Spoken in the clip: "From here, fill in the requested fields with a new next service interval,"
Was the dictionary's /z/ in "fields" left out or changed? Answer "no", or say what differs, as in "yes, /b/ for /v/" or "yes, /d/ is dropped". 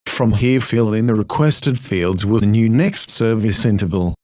no